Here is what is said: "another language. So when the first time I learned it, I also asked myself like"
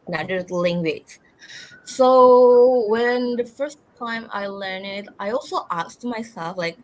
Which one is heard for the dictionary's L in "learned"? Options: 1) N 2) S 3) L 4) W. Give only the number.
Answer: 3